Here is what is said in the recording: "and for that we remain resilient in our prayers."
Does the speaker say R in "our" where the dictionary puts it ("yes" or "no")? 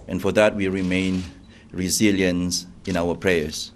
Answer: no